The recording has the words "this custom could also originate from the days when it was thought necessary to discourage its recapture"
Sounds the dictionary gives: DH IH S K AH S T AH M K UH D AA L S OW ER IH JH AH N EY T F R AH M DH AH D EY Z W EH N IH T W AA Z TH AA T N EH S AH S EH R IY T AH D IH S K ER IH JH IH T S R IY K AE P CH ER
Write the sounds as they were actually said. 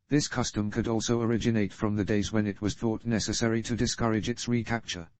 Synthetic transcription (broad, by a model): DH IH S K AH S T AH M K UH D AA L S OW ER IH JH AH N EY T F R AH M DH AH D EY Z W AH N IH T W AA Z TH AA T N EH S AH S EH R IY T AH D IH S K ER IH JH IH T S R IY K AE P CH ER